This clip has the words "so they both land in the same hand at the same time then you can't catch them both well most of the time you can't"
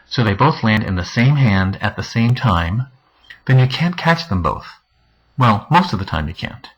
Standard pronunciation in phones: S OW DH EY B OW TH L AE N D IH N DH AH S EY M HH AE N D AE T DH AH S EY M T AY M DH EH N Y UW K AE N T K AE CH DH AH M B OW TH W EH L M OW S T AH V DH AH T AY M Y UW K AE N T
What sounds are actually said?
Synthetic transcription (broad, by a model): S OW DH EY B OW TH L AE N D IH N DH AH S EY M HH AE N D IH T DH AH S EY M T AY M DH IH N Y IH K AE N K AE CH DH AH M B OW TH W EH L M OW S T AH V DH AH T AY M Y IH K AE N T